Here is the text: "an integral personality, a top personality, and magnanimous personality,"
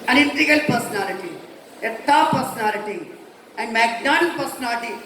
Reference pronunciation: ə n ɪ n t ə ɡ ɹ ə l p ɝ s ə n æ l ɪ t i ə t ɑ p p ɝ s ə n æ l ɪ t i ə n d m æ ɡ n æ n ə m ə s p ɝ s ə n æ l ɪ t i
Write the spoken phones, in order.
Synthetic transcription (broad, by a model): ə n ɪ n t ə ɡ ə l p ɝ s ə n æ l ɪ t i ə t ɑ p p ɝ s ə n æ l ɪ t i ə n d m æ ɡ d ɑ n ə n p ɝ s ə n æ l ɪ t i